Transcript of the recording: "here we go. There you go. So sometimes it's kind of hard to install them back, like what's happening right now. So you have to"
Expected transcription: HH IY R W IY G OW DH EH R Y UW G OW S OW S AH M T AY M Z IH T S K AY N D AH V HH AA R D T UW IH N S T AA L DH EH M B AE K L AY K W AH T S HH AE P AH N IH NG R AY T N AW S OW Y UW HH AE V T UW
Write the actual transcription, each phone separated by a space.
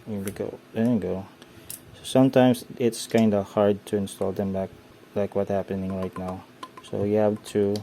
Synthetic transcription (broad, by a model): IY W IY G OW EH G OW S OW S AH M T AY M S IH T S K AY N D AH HH AA R D T UW IH N S T AA L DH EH M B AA K L AY K W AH T HH AE P AH N IH NG R AY T N AW S OW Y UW HH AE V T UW